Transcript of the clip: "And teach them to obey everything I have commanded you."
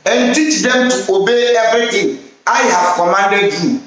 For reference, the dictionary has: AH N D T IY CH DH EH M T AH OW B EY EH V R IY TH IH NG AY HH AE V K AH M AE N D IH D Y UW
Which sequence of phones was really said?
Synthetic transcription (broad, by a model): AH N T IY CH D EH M T AH OW B EY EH B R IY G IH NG AY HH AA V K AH M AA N D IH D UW